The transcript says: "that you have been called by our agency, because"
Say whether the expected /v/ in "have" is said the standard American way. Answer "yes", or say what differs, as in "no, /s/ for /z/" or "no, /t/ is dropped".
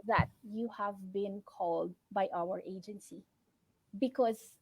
yes